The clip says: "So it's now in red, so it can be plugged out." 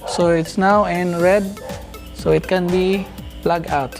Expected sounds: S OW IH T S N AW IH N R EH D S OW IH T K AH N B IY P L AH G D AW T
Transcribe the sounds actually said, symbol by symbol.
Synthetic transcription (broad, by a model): S OW IH T S N AW IH N R EH D S OW IH T K AH N B IY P L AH G AW T